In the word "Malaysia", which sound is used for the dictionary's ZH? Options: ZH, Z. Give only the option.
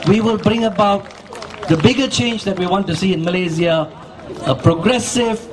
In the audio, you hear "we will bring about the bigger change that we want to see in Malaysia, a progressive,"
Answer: Z